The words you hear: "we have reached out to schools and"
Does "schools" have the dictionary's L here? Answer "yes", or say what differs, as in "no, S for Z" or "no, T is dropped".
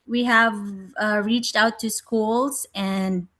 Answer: yes